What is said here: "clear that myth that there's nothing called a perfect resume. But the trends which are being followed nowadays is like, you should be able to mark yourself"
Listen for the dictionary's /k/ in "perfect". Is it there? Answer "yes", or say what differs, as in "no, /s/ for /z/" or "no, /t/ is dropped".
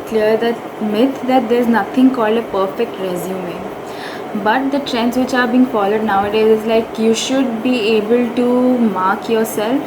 yes